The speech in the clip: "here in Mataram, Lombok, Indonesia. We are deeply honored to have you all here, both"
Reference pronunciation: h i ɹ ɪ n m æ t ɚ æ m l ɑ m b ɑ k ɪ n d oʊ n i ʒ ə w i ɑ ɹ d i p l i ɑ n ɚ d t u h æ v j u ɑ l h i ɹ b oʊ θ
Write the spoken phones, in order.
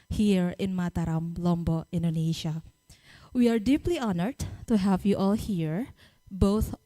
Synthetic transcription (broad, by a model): h i ɹ ɪ n m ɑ t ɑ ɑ m l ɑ m b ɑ ɪ n d oʊ n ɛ ʃ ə w i ɑ ɹ d i p l i ɑ n ɚ d t u h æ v j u ɑ l h i ɹ b oʊ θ